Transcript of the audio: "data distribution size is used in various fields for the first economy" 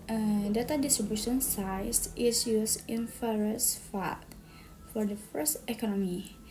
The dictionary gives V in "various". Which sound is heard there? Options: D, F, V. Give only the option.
F